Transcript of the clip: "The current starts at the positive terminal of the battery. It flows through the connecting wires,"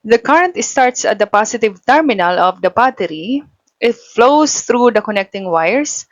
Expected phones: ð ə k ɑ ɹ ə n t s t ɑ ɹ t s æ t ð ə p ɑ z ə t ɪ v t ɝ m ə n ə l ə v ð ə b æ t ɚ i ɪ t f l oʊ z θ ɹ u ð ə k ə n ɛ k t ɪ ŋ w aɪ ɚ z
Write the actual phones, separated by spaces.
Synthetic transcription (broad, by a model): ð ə k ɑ ɹ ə n t s t ɑ ɹ t s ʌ t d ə p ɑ s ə t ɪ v t ɝ m ə n ə l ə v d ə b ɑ t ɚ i ɪ t f l oʊ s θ ɹ u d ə k ə n ɛ k t ɪ ŋ w aɪ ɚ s